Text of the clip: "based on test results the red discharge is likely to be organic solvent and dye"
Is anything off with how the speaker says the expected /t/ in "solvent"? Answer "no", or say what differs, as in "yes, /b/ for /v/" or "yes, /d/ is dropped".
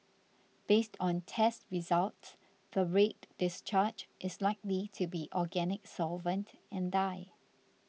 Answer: no